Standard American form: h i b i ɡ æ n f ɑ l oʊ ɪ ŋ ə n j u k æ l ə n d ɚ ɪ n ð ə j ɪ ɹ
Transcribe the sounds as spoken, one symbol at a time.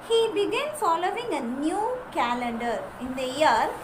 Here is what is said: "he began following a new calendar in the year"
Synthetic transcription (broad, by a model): h i b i ɡ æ n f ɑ l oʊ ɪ ŋ ə n j u k æ l ə n d ɚ ɪ n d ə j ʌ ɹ